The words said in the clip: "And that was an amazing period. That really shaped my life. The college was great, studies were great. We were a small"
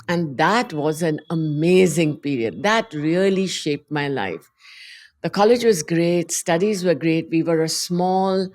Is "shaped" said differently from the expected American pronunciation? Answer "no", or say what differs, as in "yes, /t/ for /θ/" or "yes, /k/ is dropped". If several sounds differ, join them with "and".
no